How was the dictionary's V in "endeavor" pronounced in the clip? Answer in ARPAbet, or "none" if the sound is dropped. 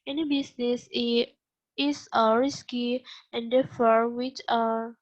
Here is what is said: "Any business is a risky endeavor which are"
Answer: F